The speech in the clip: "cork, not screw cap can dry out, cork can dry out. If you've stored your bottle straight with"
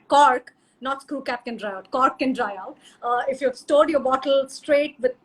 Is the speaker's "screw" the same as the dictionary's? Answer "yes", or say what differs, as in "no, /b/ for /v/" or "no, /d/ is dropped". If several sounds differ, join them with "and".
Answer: no, /ɹ/ is dropped